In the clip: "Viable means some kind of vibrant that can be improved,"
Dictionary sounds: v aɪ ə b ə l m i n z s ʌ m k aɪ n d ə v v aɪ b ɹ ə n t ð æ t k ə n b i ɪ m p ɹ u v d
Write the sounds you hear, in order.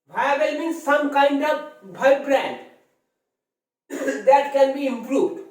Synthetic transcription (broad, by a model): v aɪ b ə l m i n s s ʌ m k aɪ n d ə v b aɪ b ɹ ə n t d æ t k ə n b i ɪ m p ɹ u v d